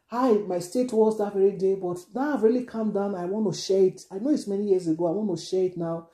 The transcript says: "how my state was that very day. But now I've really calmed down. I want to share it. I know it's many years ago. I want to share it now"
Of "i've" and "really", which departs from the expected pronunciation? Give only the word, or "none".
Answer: none